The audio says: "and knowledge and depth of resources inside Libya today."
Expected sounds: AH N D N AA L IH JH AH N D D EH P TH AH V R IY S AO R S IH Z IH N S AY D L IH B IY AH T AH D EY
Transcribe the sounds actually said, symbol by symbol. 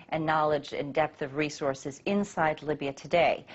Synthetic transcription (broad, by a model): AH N N AA L IH JH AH N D D EH P TH AH V R IY S AO R S IH Z IH N S AY D L IH B IY AH T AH D EY